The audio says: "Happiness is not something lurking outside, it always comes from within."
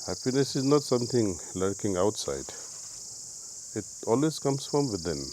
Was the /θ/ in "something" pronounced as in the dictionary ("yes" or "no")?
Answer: no